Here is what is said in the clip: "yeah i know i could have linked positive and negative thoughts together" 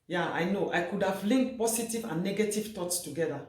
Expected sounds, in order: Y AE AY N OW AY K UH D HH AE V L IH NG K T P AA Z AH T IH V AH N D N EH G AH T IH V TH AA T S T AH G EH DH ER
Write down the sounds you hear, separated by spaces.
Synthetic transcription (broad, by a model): Y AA AY N OW AY K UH D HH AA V L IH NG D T P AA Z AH T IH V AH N N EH G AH T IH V T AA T S T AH G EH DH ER